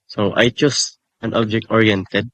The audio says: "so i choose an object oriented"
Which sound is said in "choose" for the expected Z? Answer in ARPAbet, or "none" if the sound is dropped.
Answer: S